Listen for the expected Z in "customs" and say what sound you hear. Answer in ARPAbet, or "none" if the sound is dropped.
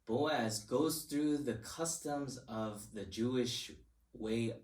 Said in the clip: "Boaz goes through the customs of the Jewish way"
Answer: Z